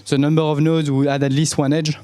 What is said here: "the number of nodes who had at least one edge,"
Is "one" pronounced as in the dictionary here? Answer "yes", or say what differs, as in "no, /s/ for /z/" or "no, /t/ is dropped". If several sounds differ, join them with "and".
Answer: yes